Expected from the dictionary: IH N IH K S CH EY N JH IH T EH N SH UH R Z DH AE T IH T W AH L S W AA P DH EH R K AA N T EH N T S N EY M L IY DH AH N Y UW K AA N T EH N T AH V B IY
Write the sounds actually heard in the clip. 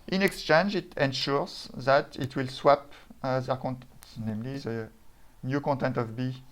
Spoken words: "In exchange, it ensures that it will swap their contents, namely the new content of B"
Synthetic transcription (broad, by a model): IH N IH K S CH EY N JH IH T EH N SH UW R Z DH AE T IH T W AH L S W AA P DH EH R K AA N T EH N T N EY M L IY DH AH N Y UW K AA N T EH N T AH V B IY